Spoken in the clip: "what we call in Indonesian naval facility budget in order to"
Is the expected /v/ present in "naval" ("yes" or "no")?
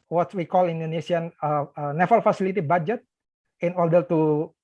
no